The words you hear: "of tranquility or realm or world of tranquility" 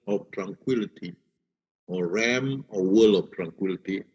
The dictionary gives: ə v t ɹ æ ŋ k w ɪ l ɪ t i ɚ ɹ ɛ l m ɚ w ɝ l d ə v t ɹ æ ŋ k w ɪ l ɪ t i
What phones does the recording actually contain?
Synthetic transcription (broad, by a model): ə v t ɹ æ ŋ k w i l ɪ t i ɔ ɹ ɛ m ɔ w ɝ l ə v t ɹ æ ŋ k w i l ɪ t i